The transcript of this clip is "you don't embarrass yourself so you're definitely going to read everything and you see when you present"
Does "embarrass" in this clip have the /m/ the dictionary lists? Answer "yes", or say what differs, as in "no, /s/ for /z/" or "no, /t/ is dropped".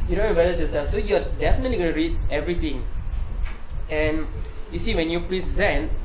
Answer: no, /m/ is dropped